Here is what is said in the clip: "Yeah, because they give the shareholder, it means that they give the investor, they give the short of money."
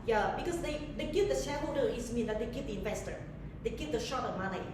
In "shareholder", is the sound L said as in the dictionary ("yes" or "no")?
no